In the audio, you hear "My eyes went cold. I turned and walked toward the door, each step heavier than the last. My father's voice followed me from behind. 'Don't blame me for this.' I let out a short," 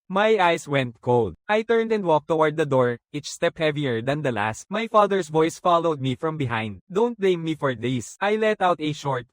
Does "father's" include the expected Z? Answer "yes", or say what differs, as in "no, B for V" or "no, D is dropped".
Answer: no, S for Z